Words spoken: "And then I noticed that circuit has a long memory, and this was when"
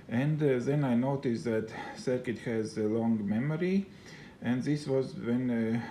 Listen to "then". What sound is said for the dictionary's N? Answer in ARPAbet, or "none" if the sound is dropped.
N